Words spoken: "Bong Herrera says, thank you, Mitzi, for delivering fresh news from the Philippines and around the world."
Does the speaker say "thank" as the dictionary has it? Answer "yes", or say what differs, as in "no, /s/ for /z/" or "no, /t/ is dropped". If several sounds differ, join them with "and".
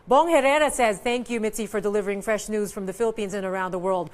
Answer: yes